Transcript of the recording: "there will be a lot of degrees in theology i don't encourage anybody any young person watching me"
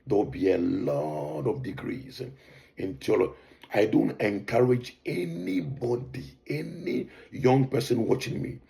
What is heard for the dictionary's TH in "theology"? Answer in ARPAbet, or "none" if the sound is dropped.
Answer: T